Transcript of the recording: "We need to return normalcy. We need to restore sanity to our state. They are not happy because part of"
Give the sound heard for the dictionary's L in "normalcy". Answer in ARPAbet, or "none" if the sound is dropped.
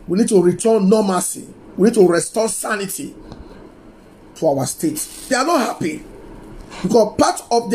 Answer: none